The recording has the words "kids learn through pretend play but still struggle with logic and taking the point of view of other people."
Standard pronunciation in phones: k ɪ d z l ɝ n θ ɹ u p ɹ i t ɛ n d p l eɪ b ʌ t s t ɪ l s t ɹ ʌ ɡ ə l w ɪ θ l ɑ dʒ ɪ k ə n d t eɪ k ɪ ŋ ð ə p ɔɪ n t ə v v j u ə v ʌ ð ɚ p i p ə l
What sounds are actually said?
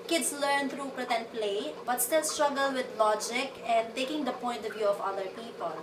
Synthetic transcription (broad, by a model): k ɪ d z l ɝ n t ɹ u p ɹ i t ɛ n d p l eɪ b ʌ t s t ɪ l s t ɹ ʌ ɡ ə l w ɪ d l ɑ dʒ ɪ k ə n d t eɪ k ɪ ŋ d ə p ɔɪ n t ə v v j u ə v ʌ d ɚ p i p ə l